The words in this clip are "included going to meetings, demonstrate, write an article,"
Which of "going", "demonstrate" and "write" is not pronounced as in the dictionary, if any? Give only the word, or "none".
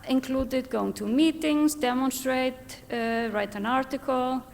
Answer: none